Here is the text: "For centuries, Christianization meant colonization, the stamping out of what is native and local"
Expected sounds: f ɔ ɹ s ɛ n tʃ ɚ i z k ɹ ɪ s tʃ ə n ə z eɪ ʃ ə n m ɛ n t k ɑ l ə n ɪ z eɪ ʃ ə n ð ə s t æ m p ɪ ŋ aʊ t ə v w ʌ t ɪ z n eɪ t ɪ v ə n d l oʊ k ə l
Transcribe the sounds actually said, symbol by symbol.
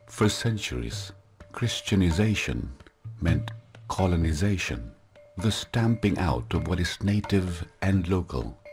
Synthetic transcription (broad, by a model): f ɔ ɹ s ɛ n tʃ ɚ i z k ɹ ɪ s tʃ ə n ə z eɪ ʃ ə n m ɛ n t k ɑ l ə n ɪ z eɪ ʃ ə n ð ə s t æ m p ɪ ŋ aʊ t ə v w ʌ t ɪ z n eɪ t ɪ v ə n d l oʊ k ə l